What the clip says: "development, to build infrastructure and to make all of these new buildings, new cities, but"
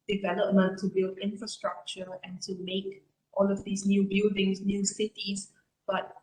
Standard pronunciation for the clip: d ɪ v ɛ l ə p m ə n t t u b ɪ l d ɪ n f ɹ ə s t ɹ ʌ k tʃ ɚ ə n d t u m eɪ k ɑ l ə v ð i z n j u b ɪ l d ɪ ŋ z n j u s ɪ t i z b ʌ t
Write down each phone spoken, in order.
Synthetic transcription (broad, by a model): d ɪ v ɛ l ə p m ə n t t u b ɪ l d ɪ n f ɹ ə s t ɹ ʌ k tʃ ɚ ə n t u m eɪ k ɑ l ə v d i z n j u b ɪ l d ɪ ŋ s n j u s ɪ t i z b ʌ t